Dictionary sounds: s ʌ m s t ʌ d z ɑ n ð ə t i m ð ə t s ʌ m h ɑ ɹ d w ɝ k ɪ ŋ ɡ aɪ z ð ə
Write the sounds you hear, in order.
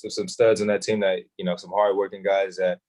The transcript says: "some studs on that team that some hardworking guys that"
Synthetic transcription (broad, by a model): s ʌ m s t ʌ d z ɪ n ð ə t i m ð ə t s ʌ m h ɑ ɹ d w ɝ k ɪ ŋ ɡ aɪ z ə